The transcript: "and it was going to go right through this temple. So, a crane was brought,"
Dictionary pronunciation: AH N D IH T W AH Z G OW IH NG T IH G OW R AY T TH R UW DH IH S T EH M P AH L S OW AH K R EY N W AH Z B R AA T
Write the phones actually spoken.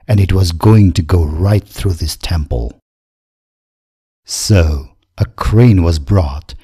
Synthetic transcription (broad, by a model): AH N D IH T W AH Z G OW IH NG T IH G OW R AY T TH R UW DH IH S T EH M P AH L S OW AH K R EY N W AH Z B R AA T